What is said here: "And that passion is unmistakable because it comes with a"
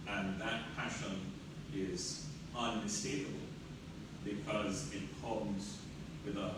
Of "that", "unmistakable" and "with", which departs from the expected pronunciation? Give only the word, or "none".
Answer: unmistakable